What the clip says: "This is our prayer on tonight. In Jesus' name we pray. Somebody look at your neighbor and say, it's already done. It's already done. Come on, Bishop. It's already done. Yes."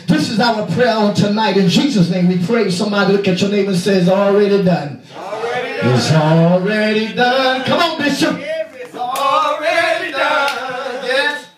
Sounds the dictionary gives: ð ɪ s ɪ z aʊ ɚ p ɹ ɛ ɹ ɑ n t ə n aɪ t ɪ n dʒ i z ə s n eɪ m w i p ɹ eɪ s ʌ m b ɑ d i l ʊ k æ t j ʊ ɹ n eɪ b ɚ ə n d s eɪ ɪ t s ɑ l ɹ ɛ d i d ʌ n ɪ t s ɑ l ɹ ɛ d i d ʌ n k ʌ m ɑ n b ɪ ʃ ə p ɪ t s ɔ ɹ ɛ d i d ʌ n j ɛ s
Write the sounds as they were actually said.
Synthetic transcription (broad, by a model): ð ɪ s ɪ z aʊ ɚ p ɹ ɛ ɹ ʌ n t ə n aɪ t ɪ n dʒ i z ə s n eɪ m w i p ɹ eɪ s ʌ m b ɑ d i l ʊ k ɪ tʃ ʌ ɹ n eɪ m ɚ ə n s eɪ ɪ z ɑ l ɹ ɛ d i d ʌ n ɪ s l l ɹ ɛ d i d ʌ n k ʌ m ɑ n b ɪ s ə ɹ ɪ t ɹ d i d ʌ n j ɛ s